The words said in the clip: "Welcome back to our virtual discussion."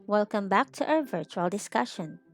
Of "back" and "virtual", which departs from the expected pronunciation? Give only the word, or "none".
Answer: none